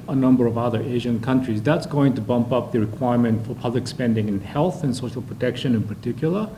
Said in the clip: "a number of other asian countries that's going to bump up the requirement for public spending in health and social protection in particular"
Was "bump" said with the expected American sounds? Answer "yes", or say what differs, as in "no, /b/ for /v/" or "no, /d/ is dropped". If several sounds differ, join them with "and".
yes